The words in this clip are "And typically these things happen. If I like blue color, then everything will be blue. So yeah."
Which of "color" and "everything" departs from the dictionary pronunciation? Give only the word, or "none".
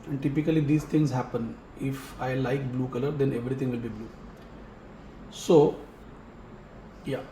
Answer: everything